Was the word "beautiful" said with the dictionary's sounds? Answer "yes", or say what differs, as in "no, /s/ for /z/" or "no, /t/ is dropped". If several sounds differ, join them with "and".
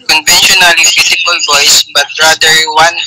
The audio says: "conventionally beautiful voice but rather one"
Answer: no, /s/ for /t/